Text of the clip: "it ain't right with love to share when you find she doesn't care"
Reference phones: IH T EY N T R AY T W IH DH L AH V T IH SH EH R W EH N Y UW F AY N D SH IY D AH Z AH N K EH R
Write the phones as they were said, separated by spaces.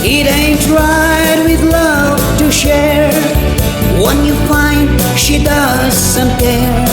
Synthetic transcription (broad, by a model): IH T EY N T R AY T W IH DH L AH V T IH SH EH R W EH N Y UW F AY N D SH IY D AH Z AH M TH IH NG